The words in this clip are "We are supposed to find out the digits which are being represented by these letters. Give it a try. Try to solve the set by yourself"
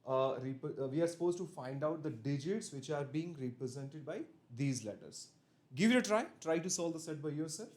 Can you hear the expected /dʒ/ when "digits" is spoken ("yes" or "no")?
yes